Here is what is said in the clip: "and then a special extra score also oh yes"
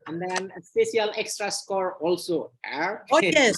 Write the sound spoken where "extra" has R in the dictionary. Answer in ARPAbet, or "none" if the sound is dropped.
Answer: R